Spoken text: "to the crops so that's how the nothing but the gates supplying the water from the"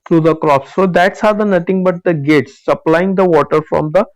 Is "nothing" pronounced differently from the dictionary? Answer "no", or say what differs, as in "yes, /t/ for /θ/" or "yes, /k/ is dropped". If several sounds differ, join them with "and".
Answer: yes, /t/ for /θ/